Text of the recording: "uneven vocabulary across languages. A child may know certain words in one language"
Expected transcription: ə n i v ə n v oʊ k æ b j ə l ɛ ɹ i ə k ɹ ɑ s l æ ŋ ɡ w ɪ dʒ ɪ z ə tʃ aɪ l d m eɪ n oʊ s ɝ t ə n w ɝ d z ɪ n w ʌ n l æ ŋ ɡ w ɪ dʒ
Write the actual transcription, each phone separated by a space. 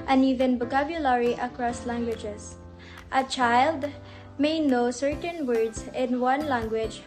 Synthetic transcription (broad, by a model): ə n i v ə n b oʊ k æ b j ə l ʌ ɹ i ə k ɹ ɑ s l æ ŋ ɡ w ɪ dʒ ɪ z ə tʃ aɪ l d m eɪ n oʊ s ɝ t ə n w ɝ d z ɪ n w ʌ n l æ ŋ ɡ w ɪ dʒ